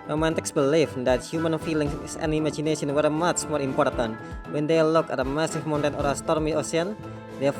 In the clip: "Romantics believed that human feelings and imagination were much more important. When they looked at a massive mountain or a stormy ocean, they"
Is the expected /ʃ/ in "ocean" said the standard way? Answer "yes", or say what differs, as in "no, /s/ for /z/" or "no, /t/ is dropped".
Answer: no, /s/ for /ʃ/